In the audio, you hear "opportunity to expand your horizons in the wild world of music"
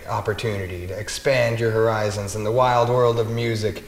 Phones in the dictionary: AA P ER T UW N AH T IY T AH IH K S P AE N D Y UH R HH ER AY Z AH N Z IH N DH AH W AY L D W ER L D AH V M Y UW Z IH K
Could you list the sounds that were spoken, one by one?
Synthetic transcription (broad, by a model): AA P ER T UW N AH T IY T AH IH K S P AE N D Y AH R HH ER AY Z AH N Z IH N DH AH W AY L D W ER L D AH V M Y UW Z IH K